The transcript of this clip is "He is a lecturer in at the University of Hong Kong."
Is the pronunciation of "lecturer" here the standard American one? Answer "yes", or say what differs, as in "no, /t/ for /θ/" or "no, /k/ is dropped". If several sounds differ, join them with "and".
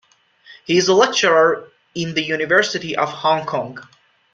yes